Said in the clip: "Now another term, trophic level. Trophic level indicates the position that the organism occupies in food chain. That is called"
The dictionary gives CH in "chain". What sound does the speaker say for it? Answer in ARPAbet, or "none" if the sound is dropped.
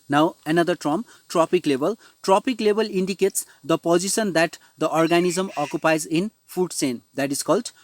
S